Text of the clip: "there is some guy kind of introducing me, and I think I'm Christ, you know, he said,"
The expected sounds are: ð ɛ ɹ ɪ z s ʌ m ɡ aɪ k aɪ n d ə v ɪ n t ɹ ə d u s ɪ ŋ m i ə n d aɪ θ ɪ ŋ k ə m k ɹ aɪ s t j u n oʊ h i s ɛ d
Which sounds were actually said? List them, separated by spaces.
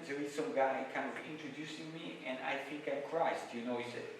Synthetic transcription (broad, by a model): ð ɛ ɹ ɪ z s ʌ m ɡ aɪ k aɪ n d ə v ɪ n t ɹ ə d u s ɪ ŋ m i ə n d aɪ θ ɪ ŋ k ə k ɹ aɪ s t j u n oʊ h i s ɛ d